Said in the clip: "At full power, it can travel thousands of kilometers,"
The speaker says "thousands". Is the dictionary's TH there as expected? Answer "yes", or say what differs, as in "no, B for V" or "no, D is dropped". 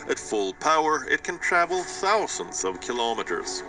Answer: yes